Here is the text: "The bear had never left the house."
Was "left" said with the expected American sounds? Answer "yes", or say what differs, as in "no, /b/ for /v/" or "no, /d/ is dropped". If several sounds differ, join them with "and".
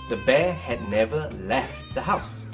yes